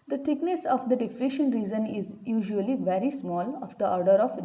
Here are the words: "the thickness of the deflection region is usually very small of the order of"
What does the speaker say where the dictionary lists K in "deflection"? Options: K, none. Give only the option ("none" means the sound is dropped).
none